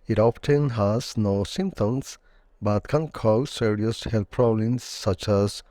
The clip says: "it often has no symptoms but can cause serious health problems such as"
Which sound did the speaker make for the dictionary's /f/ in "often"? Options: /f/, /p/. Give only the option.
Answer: /p/